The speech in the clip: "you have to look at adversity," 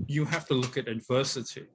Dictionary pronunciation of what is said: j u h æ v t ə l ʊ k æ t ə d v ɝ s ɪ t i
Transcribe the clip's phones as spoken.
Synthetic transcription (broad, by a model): j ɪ h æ f t ə l ʊ k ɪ t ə d v ɝ s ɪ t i